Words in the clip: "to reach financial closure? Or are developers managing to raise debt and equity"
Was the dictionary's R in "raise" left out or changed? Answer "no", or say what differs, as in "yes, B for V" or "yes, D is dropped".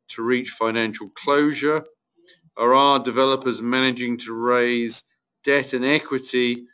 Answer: no